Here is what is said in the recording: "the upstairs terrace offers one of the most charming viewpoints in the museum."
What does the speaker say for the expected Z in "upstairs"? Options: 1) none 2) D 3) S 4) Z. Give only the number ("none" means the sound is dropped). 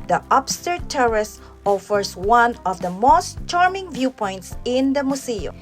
1